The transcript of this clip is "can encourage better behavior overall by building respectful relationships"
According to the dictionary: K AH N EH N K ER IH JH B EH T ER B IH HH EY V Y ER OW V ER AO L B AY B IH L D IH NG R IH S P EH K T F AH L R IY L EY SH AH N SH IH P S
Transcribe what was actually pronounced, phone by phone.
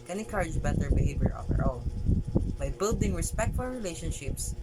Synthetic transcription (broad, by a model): K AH N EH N K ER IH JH B EH T ER B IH HH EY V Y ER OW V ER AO N B AY B IH L D IH NG R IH S P EH K T F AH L R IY L EY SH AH N SH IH P S